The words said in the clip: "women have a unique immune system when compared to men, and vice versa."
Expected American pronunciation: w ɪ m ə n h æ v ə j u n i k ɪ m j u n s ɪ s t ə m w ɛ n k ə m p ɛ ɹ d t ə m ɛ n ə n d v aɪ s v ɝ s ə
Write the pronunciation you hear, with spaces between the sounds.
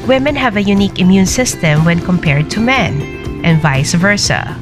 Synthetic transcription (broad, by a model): w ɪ m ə n h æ v ə j u n i k ɪ m j u n s ɪ s t ə m w ɛ n k ə m p ɛ ɹ d t ə m ɛ n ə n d v aɪ s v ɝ s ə